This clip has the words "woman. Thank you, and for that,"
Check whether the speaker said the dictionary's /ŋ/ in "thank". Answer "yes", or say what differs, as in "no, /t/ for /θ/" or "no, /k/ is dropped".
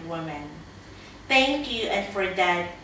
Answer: yes